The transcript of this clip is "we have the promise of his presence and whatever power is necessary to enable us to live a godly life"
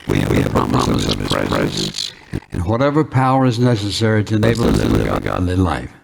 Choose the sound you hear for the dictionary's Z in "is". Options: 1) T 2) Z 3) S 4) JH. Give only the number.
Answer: 2